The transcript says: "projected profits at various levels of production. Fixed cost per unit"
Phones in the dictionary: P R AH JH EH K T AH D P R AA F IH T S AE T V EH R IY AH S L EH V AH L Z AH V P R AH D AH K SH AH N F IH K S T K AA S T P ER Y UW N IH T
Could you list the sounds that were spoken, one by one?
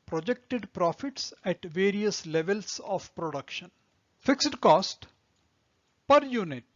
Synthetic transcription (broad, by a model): P R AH JH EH K T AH D P R AA F IH T S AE T V EH R IY AH S L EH V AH L S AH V P R AH D AH K SH AH N F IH K S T K AA S T P ER Y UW N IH T